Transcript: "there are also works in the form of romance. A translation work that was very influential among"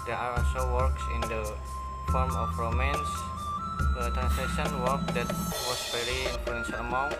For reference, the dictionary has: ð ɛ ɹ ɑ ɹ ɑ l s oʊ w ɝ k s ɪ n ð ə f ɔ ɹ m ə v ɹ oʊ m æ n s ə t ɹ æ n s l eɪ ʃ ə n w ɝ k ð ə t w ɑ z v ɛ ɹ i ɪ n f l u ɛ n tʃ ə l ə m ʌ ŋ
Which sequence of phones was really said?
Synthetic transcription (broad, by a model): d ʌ ɑ ɹ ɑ s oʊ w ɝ k s ɪ n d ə f ɔ ɹ m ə f ɹ oʊ m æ n s ə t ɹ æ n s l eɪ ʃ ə n w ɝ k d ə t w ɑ s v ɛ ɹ i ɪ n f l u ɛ n s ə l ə m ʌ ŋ